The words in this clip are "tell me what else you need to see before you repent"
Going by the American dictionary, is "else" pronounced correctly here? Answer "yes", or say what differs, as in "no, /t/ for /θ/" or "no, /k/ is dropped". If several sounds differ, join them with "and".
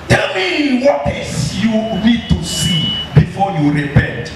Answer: no, /l/ is dropped